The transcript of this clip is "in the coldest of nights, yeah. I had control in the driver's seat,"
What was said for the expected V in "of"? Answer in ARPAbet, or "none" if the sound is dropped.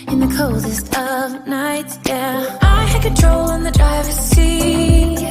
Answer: V